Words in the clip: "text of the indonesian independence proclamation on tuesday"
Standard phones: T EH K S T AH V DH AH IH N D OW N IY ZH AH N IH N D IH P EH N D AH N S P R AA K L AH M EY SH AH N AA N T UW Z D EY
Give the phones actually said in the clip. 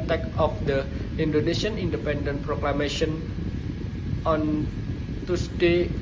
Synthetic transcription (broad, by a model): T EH K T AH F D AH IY N D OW N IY S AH N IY N D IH P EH N D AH N P R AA K L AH M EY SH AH N AA N T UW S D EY